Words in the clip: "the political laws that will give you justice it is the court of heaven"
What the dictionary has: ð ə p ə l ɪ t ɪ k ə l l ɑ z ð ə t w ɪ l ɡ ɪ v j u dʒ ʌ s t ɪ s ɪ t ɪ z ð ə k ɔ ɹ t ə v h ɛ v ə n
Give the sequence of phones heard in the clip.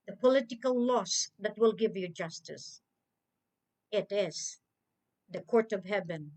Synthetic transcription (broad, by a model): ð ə p ə l ɪ t ɪ k ə l l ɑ s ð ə t w ɪ l ɡ ɪ v j u dʒ ʌ s t ɪ s ɪ t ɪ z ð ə k ɔ ɹ t ə v h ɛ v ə n